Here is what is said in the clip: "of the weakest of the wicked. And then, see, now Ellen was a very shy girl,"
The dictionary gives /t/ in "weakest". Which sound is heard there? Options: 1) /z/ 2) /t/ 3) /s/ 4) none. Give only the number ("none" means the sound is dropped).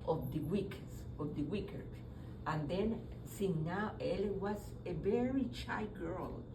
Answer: 4